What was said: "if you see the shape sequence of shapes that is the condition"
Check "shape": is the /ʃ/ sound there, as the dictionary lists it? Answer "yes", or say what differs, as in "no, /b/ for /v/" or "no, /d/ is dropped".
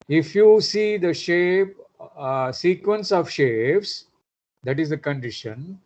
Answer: yes